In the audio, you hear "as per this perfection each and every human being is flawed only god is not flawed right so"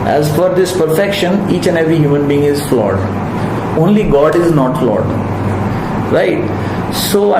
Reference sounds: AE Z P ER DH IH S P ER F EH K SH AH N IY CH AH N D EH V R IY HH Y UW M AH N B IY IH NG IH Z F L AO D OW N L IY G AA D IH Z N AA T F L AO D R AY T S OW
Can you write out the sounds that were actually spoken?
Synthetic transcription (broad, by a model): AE Z F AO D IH S P ER F EH K SH AH N IY CH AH N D EH V R IY HH Y UW M AH N B IY IH NG IH Z F L AO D OW N L IY G AA D IH Z N AA T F L AO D R AY T S OW